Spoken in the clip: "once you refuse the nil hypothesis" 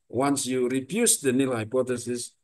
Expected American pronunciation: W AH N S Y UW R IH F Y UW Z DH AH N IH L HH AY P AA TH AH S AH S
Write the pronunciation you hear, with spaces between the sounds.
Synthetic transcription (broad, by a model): W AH N S Y UW R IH P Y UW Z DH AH N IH L HH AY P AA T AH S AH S